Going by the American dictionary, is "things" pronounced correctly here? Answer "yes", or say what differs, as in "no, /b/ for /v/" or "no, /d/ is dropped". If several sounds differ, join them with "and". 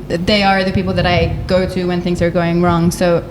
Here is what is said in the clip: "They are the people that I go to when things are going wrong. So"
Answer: yes